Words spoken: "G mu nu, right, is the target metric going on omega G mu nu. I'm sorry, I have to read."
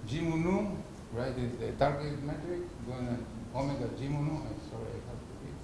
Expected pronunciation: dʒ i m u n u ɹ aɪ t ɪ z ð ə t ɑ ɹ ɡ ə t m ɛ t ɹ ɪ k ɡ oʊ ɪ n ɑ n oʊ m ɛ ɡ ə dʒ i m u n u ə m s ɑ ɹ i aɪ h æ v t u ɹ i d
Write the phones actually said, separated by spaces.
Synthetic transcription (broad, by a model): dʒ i m u n u ɹ aɪ t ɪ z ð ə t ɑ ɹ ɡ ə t m ɛ t ɹ ɪ k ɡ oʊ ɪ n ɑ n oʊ m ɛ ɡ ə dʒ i m u n u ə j s ɑ ɹ i aɪ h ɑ p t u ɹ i